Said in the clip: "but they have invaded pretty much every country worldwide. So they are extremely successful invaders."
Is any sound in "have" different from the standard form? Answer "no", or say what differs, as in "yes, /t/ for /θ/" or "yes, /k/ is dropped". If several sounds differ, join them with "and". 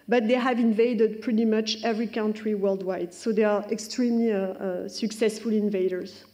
no